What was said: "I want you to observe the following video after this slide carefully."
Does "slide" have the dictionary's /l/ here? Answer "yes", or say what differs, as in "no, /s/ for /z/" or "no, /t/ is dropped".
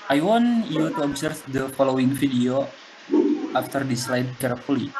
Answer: yes